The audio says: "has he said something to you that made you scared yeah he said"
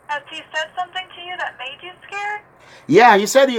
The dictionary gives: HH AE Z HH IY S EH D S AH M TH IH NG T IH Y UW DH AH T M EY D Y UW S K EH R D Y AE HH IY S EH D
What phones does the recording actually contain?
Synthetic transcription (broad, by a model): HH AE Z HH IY S EH D S AH M TH IH NG T IH Y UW DH AH T M EY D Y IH S K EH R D Y AE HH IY S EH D